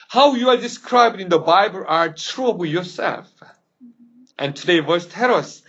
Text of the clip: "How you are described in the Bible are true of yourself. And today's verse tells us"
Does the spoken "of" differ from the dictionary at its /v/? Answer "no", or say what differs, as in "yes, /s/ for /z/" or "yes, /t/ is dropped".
yes, /b/ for /v/